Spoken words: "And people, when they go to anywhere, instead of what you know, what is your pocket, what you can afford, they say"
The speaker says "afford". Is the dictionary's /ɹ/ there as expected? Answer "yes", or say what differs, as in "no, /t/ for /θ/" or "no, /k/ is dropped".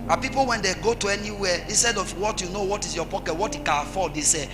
no, /l/ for /ɹ/